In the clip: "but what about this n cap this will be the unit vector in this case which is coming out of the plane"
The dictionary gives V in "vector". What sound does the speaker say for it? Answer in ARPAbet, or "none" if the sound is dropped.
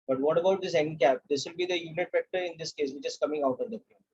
F